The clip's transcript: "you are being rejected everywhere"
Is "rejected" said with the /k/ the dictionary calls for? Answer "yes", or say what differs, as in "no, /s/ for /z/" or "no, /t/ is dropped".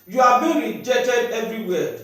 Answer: no, /k/ is dropped